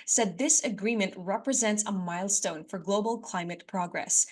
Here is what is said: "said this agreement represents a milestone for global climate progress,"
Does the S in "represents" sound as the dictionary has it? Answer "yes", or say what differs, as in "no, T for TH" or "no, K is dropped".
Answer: yes